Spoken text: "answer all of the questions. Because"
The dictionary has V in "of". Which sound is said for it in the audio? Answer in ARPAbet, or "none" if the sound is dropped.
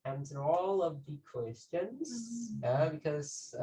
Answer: V